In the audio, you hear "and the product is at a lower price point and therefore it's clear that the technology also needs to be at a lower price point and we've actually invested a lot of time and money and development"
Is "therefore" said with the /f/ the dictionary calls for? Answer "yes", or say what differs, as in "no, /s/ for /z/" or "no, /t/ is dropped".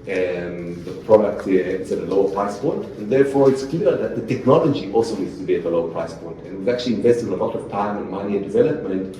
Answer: yes